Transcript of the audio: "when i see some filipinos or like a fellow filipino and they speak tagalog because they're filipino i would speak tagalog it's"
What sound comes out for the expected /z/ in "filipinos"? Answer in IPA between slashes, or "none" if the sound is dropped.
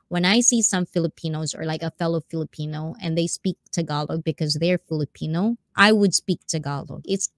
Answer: /z/